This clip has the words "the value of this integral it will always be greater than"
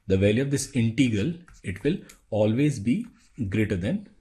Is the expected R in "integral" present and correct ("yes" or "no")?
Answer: yes